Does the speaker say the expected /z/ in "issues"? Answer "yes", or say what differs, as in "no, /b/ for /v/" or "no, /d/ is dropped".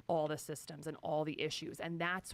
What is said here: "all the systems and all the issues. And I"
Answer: yes